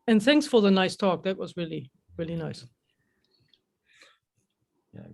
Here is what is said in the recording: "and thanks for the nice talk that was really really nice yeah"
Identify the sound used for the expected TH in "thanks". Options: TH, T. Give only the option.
TH